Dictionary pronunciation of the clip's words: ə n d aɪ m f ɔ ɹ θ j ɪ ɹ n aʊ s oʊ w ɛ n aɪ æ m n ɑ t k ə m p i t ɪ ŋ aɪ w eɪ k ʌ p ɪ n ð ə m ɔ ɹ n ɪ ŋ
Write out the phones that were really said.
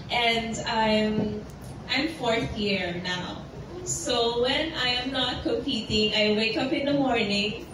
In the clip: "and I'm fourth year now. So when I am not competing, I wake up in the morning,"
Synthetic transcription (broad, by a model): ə n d aɪ m f ɔ ɹ θ j ɪ ɹ n aʊ s oʊ w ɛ n aɪ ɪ m n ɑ t k ə m p i t ɪ ŋ aɪ w eɪ k ʌ p ɪ n ð ə m ɔ ɹ n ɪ ŋ